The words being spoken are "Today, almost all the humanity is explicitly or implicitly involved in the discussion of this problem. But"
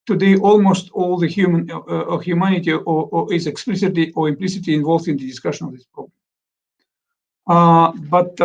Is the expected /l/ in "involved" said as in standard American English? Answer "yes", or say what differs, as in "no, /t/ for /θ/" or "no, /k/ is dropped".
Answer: yes